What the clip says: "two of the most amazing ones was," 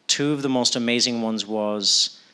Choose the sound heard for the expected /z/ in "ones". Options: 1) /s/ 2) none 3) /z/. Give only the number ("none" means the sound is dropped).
3